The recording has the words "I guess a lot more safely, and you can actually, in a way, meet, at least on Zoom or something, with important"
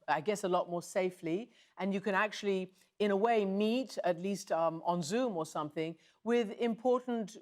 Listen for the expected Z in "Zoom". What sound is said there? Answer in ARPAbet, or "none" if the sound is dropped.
Z